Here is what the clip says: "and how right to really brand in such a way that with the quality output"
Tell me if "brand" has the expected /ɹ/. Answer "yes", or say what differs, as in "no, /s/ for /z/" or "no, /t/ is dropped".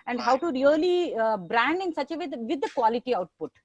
yes